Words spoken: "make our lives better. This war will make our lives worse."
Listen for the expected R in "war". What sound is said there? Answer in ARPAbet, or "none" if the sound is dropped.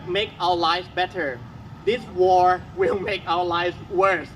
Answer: R